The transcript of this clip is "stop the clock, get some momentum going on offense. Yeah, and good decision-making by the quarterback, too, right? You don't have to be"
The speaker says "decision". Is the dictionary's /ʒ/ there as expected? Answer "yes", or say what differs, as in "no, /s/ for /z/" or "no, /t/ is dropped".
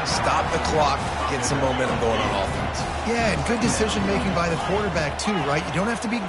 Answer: yes